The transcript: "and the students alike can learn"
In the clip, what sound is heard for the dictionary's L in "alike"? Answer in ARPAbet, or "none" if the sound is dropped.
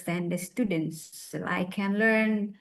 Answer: none